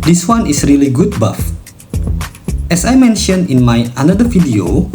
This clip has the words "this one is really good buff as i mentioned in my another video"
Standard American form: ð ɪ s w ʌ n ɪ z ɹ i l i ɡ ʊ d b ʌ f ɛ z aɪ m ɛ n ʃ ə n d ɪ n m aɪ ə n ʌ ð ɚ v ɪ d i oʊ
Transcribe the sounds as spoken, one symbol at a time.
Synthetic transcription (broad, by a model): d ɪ s w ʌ n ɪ s ɹ i l i ɡ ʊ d b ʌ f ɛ s aɪ m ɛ n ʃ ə n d ɪ n m aɪ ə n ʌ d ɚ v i d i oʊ